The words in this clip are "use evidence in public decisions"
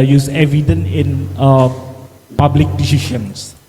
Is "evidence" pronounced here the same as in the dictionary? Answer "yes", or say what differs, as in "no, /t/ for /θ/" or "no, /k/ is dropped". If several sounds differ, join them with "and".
no, /s/ is dropped